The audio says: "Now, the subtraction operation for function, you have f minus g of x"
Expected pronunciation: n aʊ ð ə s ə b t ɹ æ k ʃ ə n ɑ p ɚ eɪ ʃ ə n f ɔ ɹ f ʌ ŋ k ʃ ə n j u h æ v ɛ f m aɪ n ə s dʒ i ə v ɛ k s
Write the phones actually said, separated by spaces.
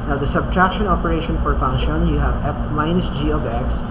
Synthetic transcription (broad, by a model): n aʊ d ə s ə b t ɹ æ k ʃ ə n ɑ p ɚ eɪ ʃ ə n f ɔ ɹ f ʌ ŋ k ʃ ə n j u h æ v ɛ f m aɪ n ə s dʒ i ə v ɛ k s